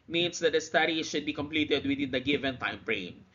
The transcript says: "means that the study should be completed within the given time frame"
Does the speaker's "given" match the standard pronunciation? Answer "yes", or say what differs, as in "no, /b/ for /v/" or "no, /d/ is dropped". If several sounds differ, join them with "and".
yes